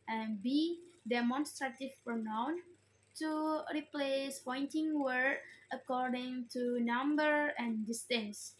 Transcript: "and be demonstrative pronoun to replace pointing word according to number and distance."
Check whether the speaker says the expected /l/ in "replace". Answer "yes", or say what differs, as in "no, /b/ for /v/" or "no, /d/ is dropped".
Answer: yes